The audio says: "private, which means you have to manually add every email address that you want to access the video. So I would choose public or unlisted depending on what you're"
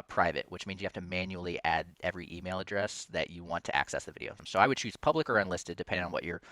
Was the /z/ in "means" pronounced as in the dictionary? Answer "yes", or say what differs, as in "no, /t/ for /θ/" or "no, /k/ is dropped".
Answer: yes